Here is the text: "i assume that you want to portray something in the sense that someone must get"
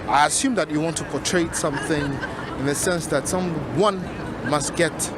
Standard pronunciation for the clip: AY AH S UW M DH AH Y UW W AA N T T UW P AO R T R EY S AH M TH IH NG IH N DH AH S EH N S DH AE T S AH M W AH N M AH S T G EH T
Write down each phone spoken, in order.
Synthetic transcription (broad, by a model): AY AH S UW M DH AH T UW W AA N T T UW P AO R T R EY S AH M TH IH NG IH N DH AH S EH N S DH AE T S AH M W AH N M AH S T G EH T